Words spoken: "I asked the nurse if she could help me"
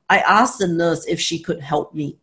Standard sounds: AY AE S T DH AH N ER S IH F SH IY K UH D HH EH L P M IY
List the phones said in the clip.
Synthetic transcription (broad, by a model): AY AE S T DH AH N ER S IH F SH IY K UH D HH EH L P M IY